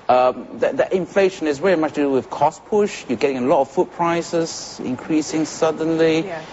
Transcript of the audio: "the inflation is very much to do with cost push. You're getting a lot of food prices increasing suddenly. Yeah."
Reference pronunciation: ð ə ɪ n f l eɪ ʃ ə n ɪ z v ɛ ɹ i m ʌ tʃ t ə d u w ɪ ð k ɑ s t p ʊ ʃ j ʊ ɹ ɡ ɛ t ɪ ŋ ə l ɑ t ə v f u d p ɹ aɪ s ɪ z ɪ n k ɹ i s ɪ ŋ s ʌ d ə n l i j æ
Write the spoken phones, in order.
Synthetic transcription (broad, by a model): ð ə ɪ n f l eɪ ʃ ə n ɪ z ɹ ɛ ɹ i m ʌ tʃ t ə d u w ɪ ð k ɑ s p ʊ ʃ j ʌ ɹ ɡ ɛ t ɪ ŋ ə l ɑ t ə v f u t p ɹ aɪ s ɪ z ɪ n k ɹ i s ɪ ŋ s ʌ d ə n l i